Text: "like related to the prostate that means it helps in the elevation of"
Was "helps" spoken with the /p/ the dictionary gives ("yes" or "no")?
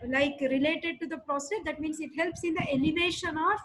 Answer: yes